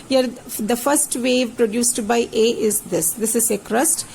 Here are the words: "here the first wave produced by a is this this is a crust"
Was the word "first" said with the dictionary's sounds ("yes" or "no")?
yes